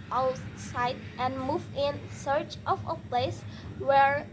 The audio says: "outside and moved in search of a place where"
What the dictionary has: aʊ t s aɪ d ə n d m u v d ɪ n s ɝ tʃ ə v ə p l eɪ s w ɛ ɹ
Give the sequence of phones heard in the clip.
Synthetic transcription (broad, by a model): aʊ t s aɪ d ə n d m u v ɪ n s ɝ tʃ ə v ə p l eɪ s w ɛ ɹ